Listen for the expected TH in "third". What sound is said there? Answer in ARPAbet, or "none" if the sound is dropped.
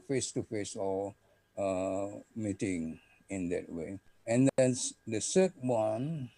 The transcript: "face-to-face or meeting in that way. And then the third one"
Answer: S